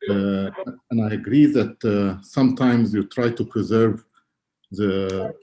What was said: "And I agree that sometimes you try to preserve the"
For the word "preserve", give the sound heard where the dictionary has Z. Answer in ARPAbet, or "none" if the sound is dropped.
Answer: Z